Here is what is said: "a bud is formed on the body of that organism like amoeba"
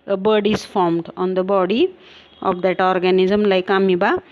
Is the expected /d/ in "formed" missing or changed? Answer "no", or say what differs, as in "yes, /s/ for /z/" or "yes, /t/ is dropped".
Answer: no